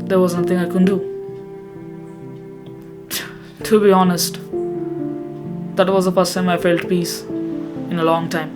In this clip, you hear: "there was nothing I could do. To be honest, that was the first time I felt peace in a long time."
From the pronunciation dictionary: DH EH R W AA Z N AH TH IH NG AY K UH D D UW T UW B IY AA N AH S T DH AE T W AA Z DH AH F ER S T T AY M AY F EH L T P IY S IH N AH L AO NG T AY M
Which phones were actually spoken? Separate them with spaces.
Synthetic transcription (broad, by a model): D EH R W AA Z N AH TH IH NG AY K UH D D UW T UW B IY AA N AH S T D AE T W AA Z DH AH P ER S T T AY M AY F EH L T P IY S IH N AH L AO NG T AY M